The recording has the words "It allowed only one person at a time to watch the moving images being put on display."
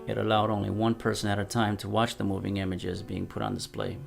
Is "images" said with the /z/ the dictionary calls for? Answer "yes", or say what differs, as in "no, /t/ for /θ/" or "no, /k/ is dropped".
yes